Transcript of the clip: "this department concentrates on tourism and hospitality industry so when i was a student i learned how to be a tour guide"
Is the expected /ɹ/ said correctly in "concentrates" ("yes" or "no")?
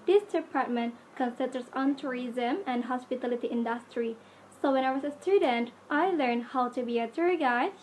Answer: no